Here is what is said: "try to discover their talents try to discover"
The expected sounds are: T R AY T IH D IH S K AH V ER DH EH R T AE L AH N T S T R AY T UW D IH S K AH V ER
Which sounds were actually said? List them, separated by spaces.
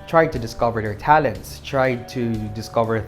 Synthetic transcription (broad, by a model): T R AY T IH D IH S K AH V ER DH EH R T AE L AH N T S T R AY T UW D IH S K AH V ER